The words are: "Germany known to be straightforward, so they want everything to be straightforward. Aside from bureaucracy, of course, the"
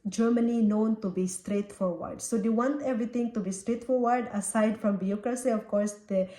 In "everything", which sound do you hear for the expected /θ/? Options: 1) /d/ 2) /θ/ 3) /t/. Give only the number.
3